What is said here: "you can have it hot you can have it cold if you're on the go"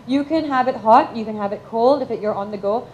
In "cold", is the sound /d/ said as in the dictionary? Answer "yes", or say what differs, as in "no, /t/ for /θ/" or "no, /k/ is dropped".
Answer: yes